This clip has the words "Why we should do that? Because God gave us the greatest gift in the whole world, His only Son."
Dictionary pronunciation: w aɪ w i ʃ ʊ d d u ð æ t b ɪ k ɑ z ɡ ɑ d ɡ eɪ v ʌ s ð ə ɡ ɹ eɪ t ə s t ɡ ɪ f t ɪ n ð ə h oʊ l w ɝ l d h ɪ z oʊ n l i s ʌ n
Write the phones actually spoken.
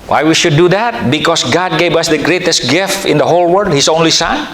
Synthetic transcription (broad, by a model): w aɪ w i ʃ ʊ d d u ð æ t b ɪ k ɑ s ɡ ɑ d ɡ eɪ v ʌ s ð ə ɡ ɹ eɪ t ə s t ɡ ɪ f t ɪ n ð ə h oʊ l w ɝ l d h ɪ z oʊ n l i s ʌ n